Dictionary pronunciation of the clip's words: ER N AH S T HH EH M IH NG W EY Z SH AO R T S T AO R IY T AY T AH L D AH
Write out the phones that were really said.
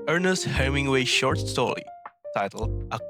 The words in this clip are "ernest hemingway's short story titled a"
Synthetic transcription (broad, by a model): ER N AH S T HH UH M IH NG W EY SH AO R T S T AO R IY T AY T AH L AH